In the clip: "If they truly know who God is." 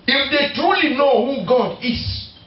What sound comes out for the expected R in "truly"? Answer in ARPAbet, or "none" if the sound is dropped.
R